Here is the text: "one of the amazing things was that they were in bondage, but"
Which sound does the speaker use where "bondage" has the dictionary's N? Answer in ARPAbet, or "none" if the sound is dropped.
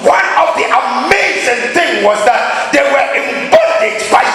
none